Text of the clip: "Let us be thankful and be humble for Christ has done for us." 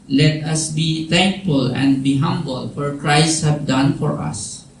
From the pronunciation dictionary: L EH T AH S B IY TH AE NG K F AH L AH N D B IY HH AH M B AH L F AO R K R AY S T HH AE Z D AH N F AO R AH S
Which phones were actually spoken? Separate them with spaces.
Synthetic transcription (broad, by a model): L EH T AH S B IY T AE NG K F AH L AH N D B IY HH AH M B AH L F AO R K R AY S T HH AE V D AH N F AO R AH S